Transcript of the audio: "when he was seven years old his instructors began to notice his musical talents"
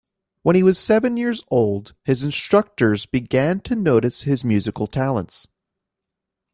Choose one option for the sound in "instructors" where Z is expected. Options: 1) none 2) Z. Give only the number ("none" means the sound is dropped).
2